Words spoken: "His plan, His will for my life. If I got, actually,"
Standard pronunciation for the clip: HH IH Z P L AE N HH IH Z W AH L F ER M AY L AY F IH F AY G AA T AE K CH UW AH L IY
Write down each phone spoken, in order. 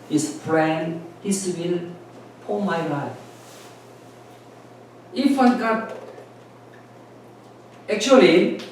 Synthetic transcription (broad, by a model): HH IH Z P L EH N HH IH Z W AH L P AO M AY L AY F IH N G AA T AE K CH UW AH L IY